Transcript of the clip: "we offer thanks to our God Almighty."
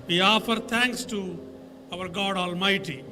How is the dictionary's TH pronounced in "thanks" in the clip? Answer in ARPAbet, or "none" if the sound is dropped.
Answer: T